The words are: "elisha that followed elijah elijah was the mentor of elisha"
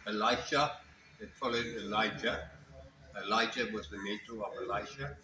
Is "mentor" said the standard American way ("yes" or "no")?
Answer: no